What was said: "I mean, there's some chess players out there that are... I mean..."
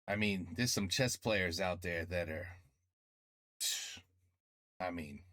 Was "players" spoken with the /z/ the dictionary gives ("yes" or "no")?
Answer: yes